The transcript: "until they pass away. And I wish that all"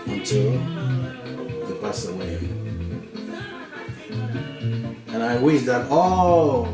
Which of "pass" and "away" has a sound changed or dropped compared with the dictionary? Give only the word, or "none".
pass